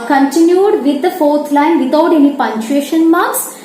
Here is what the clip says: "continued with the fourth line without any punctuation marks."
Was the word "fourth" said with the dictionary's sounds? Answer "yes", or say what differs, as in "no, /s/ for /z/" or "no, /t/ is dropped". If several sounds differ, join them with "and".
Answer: no, /t/ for /θ/